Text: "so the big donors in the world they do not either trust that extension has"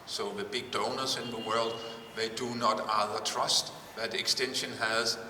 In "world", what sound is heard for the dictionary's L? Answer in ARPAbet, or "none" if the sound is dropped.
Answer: L